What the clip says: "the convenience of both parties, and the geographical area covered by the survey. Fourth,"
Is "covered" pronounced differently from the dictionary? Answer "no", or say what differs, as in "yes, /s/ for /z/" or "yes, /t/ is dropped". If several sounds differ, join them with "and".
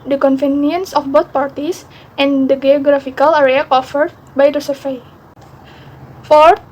yes, /f/ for /v/